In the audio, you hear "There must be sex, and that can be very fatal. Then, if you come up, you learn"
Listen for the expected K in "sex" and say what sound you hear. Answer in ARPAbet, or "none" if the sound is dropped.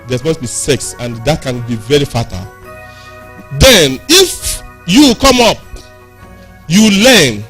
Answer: K